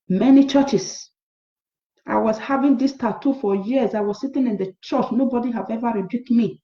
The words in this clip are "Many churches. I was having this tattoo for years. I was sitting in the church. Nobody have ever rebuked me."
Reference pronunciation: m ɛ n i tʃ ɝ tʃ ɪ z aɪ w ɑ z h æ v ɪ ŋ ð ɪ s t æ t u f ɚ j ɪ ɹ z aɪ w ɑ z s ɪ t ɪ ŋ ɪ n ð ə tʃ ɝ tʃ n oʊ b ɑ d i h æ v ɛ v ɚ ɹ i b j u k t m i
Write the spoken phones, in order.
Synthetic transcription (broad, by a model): m ɛ n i tʃ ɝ tʃ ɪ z aɪ w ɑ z h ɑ v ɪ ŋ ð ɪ s t æ t u f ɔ j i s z aɪ w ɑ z s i t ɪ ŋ ɪ n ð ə tʃ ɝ tʃ n oʊ b ɑ d i h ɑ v ɛ v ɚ ɹ i b j u k t m i